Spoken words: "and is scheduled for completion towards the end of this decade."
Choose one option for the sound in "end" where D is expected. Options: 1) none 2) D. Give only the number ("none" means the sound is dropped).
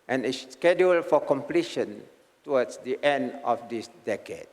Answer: 2